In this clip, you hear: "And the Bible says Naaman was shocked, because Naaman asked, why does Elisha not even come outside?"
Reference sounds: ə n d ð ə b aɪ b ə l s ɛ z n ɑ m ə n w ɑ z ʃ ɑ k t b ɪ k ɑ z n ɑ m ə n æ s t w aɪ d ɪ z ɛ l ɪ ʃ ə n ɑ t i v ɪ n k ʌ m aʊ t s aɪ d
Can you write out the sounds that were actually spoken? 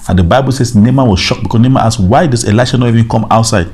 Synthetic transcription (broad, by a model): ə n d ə b aɪ b ə l s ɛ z n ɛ m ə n w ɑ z ʃ ɑ k b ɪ k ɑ n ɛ m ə ɑ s w aɪ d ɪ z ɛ l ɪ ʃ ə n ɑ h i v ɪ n k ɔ m aʊ t s aɪ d